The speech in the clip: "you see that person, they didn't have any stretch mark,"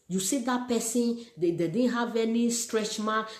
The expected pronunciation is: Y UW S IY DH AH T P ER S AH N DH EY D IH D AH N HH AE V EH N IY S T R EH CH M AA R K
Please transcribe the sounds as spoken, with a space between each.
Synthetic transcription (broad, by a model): Y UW S IY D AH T P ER S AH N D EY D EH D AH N HH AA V EH N IY S T R EH CH M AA